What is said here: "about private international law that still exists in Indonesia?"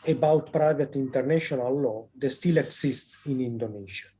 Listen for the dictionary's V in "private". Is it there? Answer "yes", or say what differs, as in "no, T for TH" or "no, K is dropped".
yes